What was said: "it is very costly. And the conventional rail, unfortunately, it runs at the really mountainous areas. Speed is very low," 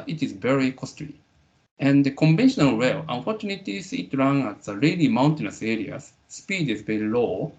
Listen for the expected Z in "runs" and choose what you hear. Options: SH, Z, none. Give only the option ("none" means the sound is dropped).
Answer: none